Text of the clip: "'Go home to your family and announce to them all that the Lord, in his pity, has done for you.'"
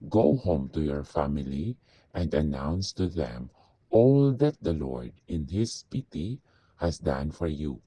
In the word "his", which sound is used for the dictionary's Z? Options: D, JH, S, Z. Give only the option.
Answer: S